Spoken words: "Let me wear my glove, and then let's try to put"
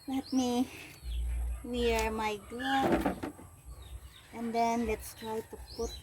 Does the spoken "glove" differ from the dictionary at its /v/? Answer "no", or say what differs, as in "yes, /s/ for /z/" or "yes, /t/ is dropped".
yes, /v/ is dropped